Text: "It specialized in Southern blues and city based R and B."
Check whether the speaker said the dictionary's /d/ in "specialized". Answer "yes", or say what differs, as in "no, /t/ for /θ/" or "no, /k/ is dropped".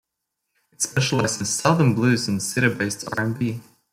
no, /d/ is dropped